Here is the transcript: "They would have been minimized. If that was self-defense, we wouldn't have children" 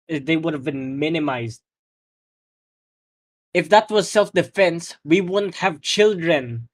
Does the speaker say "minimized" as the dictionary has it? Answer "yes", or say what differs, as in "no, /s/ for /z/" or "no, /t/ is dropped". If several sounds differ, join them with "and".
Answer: yes